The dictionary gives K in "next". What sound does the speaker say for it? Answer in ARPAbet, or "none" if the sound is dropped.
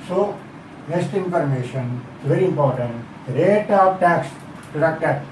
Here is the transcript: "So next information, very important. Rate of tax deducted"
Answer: none